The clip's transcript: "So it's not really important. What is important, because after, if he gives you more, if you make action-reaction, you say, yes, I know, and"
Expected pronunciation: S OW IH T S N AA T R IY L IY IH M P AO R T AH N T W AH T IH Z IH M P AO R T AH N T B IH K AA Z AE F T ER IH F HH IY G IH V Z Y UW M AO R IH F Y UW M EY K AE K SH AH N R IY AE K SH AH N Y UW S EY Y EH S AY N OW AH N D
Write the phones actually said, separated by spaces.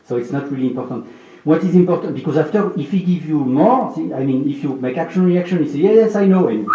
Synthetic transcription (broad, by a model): S OW IH T S N AA T R IY L IY IH M P AO R T AH N T W AH T IH Z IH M P AO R T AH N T B IH K AA Z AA F T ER IH F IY G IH V Y UW M AO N IH F Y UW M EY K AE K SH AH N R IY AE K SH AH N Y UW S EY Y EH S AY N OW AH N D